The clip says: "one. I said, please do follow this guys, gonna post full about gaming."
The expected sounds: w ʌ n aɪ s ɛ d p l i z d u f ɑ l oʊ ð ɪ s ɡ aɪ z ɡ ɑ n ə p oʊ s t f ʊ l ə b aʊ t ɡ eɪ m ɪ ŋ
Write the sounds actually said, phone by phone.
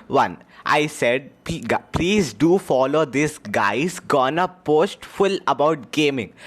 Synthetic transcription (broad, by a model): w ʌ n aɪ s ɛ d p l i z d u f ɑ l oʊ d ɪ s ɡ aɪ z ɡ ɑ n ə p oʊ s t f ʊ l ə b aʊ t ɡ eɪ m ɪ ŋ